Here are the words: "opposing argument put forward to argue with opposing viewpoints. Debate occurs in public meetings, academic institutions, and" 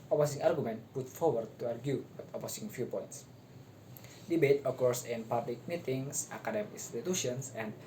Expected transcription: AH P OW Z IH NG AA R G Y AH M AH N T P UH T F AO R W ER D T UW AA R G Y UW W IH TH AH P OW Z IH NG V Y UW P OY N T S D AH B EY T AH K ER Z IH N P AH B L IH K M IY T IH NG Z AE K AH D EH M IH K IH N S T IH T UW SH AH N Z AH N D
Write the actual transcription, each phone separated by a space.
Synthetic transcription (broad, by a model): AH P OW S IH NG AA R G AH M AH N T P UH T F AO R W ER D T UW AA R G Y UW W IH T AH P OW S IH NG F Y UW P OY N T S D AH B EY T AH K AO S IH N P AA B L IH K M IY T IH NG S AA K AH D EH M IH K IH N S T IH T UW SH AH N S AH N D